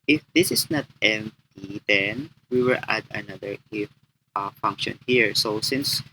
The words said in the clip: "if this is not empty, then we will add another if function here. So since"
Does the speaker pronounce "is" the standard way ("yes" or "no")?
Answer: no